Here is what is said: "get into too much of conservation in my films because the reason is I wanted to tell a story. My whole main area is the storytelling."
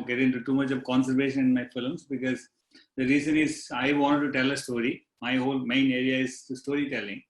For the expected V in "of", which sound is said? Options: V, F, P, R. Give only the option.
V